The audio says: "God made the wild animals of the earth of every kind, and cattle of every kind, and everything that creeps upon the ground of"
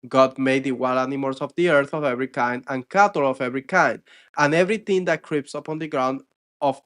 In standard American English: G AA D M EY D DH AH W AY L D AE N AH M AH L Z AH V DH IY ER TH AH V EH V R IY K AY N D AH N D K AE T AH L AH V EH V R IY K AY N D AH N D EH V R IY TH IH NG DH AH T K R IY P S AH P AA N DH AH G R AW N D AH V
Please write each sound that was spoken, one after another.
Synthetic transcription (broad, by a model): G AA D M EY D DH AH W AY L AA N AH M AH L S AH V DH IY ER TH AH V EH V R IY K AY N D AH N K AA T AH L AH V EH V R IY K AY N D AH N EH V R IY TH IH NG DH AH T K R IY P S AH P AA N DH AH G R AW N D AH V